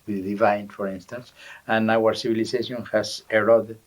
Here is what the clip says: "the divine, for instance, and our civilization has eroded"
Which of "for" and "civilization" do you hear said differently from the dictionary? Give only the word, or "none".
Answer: civilization